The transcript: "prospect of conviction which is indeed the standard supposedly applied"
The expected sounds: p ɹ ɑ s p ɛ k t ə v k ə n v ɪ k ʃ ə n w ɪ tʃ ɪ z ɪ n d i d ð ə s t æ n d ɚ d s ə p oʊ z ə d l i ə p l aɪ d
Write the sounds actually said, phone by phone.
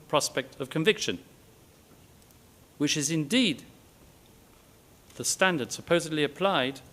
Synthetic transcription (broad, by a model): p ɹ ɑ s p ɛ k t ə v k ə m v ɪ k ʃ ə n w ɪ tʃ ɪ z ɪ n d i d ð ə s t æ n d ɚ d s ə p oʊ z ə d l i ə p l aɪ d